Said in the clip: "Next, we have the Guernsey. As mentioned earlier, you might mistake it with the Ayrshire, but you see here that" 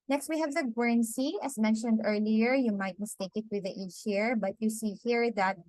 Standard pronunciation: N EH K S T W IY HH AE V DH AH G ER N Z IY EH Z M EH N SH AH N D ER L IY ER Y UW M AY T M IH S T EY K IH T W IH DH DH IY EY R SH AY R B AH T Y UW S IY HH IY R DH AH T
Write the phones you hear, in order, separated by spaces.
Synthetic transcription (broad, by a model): N EH K S T W IY HH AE V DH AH G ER N S IY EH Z M EH N SH AH N D ER L IY ER Y UW M AY T M IH S T EY K IH T W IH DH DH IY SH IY R B AH T Y UW S IY HH IY R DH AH T